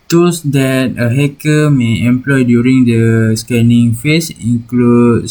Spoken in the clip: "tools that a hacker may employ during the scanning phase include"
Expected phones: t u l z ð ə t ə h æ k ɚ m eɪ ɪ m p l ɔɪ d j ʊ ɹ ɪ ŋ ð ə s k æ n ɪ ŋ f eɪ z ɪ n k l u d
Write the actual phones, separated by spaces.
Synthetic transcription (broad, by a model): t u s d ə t ə h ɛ k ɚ m eɪ ɪ m p l ɔɪ d j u ɹ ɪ ŋ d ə s k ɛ n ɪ ŋ f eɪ s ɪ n k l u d